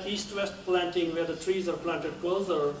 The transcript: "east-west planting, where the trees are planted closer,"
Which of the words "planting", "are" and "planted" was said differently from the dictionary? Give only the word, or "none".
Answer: none